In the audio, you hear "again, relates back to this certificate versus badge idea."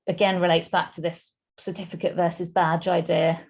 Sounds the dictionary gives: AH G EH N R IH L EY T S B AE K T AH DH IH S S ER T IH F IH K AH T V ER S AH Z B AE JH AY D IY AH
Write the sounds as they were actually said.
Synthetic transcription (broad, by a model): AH G EH N R IH L EY T S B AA K T AH DH IH S S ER T IH F IH K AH T V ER S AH Z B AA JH AY D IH AH